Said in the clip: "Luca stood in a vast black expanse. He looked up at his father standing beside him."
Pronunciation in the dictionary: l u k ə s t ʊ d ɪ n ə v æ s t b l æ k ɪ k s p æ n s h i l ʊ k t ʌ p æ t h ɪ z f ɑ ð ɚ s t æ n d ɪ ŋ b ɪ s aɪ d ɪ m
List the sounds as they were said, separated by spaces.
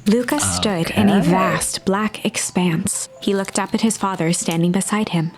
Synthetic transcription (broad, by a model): l u k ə s t ʊ d ɪ n ə v æ s t b l æ k ɪ k s p æ n s h i l ʊ k t ʌ p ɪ t h ɪ z f ɑ ð ɚ s t æ n d ɪ ŋ b ɪ s aɪ d ɪ m